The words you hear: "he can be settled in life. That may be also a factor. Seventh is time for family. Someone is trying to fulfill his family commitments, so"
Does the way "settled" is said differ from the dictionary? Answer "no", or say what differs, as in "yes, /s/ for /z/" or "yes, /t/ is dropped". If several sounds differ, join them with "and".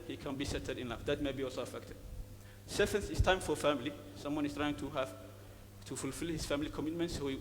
yes, /l/ is dropped